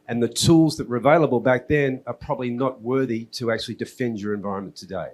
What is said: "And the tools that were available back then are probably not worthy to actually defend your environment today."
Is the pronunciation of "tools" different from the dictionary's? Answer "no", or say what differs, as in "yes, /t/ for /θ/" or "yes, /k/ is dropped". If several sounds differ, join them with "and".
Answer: no